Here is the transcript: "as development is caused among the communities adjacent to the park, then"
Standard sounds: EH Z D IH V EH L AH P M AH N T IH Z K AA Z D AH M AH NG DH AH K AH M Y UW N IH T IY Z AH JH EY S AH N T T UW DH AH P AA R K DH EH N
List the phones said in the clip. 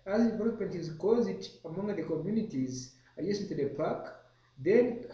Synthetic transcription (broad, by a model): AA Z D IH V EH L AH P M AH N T IH Z K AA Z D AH M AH NG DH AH K AH M Y UW N IH T IY Z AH EY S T T UW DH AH P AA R K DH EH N